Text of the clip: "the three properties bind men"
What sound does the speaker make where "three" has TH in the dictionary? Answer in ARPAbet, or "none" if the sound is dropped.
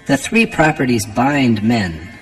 TH